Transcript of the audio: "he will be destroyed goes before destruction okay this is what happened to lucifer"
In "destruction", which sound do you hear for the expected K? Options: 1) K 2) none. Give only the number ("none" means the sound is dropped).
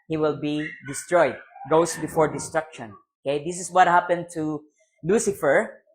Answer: 1